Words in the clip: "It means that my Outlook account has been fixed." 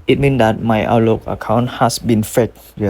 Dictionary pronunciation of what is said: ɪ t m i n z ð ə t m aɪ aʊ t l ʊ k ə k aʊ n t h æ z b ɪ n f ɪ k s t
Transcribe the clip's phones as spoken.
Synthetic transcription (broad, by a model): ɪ t m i n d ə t m aɪ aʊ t l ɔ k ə k aʊ n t h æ s b ɪ n f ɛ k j